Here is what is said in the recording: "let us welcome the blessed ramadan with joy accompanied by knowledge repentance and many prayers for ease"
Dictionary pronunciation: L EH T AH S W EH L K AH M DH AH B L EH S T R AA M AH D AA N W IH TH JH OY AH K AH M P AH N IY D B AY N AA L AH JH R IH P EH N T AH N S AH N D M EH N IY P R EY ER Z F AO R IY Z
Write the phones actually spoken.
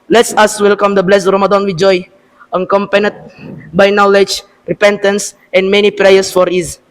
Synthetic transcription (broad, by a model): L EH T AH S W EH L K AH M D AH B L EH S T R AA M AH D AA N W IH JH OY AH K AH M P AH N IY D B AY N AA L AH JH R IH P EH N T AH N S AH N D M EH N IY P R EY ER S F AO R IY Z